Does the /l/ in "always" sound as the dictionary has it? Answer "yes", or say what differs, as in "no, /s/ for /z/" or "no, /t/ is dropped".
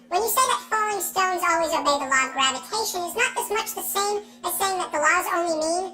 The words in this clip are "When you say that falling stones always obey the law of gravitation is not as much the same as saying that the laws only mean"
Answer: yes